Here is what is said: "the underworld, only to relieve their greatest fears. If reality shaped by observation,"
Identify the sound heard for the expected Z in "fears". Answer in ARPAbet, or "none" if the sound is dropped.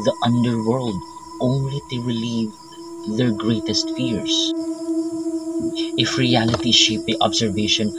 S